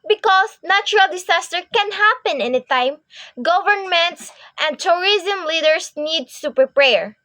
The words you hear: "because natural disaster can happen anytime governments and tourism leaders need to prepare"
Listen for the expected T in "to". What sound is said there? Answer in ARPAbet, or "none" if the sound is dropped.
S